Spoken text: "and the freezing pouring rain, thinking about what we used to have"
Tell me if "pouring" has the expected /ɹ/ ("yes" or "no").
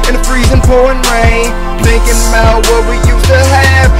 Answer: no